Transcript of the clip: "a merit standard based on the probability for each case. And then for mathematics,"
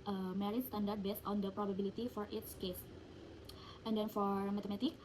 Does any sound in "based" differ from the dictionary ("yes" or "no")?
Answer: no